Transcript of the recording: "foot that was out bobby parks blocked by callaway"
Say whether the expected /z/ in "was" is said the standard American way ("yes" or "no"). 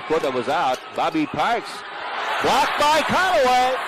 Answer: yes